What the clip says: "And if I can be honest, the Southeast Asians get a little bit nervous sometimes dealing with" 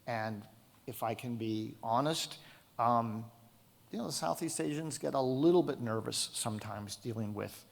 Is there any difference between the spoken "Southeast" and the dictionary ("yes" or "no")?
no